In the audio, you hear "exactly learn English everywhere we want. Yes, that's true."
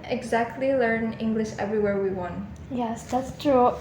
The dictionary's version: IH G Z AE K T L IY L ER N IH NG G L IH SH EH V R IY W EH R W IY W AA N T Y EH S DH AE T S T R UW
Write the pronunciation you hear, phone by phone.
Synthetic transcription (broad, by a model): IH G Z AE K T L IY L ER N IH NG G L IH SH EH V R IY W EH R W IY W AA N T Y EH S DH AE T S T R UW